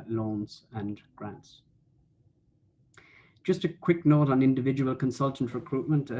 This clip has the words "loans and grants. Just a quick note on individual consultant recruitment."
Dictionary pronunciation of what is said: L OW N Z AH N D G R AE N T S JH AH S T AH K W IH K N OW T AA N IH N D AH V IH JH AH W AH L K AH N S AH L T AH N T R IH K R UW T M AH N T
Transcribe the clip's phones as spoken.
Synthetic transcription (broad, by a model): L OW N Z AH N G R AE N T S JH AH S T AH K W IH K N OW T N IH N D AH V IH JH AH W AH L K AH N S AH L T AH N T R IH K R UW T M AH N T